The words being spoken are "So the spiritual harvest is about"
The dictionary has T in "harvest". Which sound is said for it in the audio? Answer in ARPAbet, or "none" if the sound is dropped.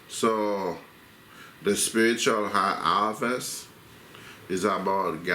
none